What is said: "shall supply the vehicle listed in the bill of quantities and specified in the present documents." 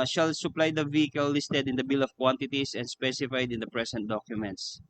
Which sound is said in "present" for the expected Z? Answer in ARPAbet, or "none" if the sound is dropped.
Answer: S